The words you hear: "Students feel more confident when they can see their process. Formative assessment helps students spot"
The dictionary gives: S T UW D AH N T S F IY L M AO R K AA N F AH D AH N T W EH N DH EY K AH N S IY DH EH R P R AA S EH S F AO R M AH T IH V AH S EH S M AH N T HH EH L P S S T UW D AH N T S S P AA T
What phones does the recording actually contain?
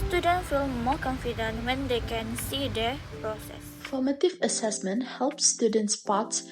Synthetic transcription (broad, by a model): S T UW D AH N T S F IY L M AO K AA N F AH D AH N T W EH N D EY K AH N S IY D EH P R AA S EH S F AO M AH T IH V AH S EH S M AH N T HH EH L P S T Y UW D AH N T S S P AA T